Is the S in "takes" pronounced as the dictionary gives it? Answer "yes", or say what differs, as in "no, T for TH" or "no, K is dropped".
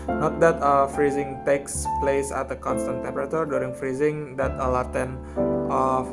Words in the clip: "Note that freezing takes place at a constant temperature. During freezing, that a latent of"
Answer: yes